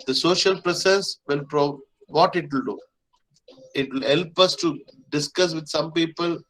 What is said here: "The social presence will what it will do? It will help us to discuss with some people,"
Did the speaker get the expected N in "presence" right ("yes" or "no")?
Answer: no